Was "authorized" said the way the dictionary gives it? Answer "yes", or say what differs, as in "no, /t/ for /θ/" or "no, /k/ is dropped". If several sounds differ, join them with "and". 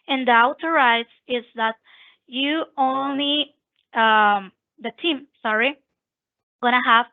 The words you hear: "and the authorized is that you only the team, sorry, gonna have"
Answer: no, /t/ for /θ/